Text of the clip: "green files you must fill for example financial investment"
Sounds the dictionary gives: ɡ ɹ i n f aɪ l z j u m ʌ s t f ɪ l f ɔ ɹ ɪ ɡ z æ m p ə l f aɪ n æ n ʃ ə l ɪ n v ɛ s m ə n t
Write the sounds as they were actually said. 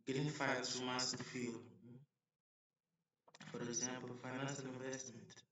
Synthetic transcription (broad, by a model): ɡ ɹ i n f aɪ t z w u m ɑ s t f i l f ɔ ɹ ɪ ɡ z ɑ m p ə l f aɪ n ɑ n s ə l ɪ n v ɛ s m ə n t